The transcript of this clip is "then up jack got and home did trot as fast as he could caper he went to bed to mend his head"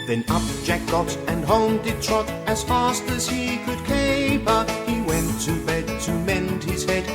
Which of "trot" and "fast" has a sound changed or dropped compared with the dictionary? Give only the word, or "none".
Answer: none